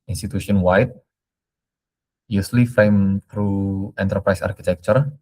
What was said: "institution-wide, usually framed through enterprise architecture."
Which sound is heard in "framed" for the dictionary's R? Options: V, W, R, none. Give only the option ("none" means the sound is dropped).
none